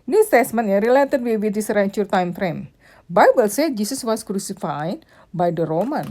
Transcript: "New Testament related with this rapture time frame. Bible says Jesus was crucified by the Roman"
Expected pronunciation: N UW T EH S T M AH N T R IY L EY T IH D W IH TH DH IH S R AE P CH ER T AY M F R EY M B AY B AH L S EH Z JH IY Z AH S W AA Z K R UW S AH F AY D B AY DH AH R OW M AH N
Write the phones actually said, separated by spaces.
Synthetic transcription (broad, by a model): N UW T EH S M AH N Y R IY L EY T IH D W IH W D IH S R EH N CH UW T AY M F R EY M B AY B AH L S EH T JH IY S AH S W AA S K R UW S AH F AY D B AY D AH R OW M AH N